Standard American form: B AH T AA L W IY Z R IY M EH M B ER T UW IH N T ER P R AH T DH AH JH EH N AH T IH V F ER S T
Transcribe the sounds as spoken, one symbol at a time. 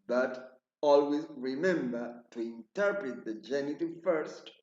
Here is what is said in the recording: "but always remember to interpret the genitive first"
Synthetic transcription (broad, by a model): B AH T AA L W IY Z R IY M EH M B ER T UW IH N T ER P R AH T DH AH JH EH N AH T IH V F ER S T